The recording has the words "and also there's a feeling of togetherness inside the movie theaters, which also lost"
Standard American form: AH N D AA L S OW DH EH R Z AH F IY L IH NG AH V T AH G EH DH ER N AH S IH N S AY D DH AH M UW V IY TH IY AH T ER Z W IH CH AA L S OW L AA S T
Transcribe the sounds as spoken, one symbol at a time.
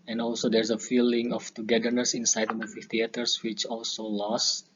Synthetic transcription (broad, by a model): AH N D AA L S OW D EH R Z AH F IY L IH NG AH F T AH G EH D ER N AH S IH N S AY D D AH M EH F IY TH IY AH T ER S W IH CH AA L S OW L AA S